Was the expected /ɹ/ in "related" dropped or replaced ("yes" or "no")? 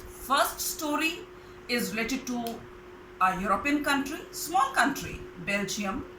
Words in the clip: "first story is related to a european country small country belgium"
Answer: no